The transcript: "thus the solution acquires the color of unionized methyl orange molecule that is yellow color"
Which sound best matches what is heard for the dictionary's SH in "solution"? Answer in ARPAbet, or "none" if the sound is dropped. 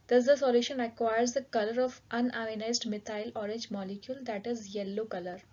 SH